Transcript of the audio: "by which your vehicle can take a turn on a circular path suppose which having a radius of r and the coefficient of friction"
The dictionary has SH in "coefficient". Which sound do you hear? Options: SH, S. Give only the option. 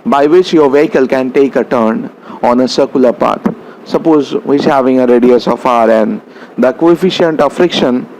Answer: SH